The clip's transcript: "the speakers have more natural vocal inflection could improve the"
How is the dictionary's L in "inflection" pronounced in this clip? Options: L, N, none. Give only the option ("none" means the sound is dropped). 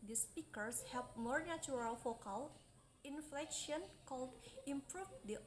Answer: L